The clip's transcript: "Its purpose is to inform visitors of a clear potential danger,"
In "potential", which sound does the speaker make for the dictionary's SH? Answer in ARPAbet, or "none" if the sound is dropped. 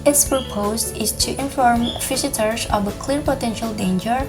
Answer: SH